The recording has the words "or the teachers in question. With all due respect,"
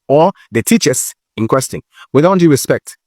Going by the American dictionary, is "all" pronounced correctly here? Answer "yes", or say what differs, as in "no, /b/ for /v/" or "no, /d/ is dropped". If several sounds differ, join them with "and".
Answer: no, /n/ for /l/